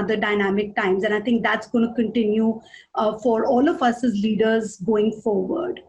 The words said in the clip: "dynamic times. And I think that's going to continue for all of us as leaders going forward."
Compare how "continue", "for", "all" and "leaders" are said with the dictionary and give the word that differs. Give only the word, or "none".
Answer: none